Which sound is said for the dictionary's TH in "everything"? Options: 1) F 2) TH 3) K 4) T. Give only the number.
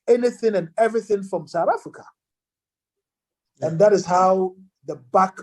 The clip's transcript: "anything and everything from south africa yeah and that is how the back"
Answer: 2